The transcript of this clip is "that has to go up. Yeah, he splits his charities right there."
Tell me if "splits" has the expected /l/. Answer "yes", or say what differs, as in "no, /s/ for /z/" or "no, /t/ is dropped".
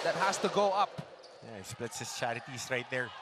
yes